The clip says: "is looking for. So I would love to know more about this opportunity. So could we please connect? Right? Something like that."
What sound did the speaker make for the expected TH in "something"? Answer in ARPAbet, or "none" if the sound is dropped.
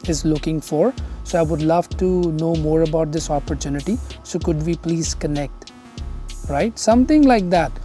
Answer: T